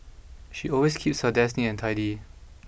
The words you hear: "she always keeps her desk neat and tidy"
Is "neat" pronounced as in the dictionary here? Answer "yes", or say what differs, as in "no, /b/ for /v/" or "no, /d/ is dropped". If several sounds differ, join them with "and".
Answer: no, /t/ is dropped